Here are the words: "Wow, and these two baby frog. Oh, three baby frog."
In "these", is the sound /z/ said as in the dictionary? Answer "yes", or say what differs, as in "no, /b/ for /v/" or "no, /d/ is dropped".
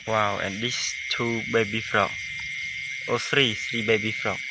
no, /s/ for /z/